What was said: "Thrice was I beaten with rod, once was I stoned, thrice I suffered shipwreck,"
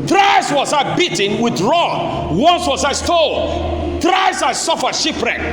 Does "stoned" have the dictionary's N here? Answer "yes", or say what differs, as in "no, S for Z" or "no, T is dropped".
no, L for N